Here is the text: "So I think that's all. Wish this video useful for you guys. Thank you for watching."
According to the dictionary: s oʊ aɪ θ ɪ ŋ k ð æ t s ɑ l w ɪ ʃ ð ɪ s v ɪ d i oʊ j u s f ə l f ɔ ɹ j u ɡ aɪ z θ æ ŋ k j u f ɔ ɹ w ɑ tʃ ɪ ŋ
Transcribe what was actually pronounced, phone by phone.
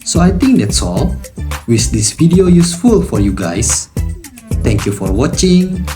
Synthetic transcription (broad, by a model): s oʊ aɪ t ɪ ŋ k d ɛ t s ɑ l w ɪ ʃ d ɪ s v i d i oʊ j u s f ə l f ɔ ɹ j u ɡ aɪ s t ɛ ŋ k j u f ɔ ɹ w ɑ tʃ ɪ ŋ